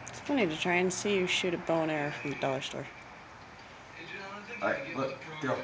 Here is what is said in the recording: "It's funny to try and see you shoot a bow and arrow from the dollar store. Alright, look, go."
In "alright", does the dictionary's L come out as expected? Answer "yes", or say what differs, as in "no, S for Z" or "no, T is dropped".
no, L is dropped